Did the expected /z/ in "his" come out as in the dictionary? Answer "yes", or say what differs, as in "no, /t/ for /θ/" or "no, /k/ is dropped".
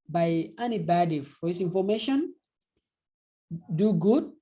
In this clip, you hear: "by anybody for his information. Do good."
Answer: no, /s/ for /z/